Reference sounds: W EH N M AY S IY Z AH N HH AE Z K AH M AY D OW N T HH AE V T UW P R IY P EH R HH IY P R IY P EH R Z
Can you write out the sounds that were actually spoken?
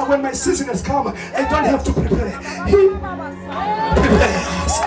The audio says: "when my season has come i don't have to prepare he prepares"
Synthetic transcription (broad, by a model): W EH N M AY S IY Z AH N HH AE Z K AH M AY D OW N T HH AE F T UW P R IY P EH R HH IY P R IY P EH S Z